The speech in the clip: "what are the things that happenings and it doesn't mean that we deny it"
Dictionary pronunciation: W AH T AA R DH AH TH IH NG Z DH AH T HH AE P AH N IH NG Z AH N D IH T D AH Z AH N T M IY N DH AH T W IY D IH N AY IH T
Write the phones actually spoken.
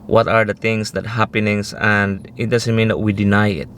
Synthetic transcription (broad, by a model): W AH T AA R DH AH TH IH NG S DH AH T HH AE P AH N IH NG S AH N D IH T D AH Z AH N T M IY N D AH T W IY D IH N AY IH T